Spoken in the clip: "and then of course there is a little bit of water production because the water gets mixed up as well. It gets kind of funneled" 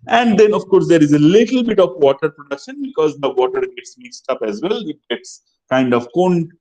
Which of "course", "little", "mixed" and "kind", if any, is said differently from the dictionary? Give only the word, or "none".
none